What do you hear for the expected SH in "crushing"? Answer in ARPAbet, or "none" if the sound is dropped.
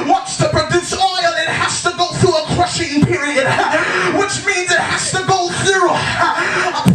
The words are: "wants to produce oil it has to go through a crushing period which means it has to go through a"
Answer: SH